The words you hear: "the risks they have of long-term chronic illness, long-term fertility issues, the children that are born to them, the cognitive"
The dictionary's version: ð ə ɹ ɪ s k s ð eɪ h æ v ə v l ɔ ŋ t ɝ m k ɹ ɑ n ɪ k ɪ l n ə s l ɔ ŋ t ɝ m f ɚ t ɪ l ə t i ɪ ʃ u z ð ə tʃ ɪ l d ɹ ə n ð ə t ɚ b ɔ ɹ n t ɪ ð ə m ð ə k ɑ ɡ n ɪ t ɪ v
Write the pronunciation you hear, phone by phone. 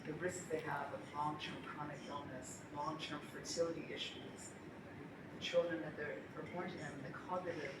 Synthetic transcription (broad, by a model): ð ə ɹ ɪ s k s ð eɪ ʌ v ə v l ɔ ŋ t ɝ m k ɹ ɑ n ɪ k ɪ l n ə s l ɔ ŋ t ɝ m f ɚ t ɪ l ə t i ɪ ʃ u z ð ə tʃ ɪ l d ɹ ə n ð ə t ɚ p ɔ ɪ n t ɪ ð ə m ð ə k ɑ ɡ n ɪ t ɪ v